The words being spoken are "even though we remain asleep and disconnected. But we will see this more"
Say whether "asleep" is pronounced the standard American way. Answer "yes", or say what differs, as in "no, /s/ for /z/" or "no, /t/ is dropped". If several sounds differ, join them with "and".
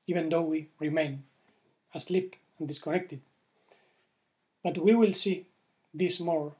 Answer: yes